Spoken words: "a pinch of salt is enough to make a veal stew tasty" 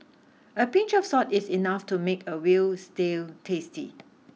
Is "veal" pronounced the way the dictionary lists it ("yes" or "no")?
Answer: no